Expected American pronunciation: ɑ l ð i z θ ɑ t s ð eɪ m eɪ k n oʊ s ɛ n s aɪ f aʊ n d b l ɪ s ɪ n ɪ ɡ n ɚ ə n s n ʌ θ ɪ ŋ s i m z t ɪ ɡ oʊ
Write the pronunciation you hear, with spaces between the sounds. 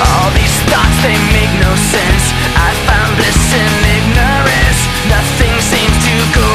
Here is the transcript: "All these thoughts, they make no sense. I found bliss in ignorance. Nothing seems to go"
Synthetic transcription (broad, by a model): ɑ l ð i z t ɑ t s ð eɪ m eɪ k n oʊ s ɛ n s aɪ f aʊ n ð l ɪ s ɪ n ɪ ɡ n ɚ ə n s n ʌ θ ɪ ŋ s i m z t ɪ ɡ oʊ